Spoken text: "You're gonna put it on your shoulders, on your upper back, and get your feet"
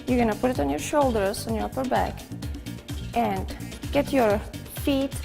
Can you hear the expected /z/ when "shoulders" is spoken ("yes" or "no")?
no